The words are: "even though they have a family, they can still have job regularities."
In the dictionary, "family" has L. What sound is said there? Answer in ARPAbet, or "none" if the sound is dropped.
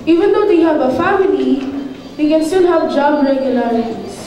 N